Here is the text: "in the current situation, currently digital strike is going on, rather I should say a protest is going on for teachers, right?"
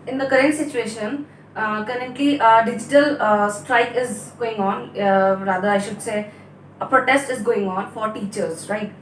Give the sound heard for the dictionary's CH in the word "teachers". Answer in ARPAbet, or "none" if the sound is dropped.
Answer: CH